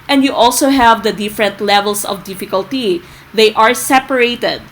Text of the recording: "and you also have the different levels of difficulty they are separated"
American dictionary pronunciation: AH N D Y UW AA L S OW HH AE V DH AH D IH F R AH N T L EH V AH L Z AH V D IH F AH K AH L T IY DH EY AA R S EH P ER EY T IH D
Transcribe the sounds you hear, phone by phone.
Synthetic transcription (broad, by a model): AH N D Y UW AA L S OW HH AE V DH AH D IH F R AH N T L EH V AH L S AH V D IH F AH K AH L T IY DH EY AA R S EH P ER EY T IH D